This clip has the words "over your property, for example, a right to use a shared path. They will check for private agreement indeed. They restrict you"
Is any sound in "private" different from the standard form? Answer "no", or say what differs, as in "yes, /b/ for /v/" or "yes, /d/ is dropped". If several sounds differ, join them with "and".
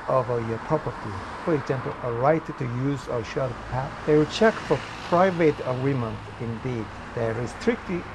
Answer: no